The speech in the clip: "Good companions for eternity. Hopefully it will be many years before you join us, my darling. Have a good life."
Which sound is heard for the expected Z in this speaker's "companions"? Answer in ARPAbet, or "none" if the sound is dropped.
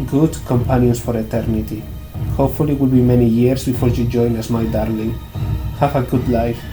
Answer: S